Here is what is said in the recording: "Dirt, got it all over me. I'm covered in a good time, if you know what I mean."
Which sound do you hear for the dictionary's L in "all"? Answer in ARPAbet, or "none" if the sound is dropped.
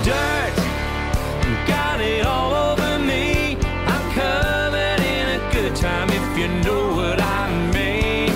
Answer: L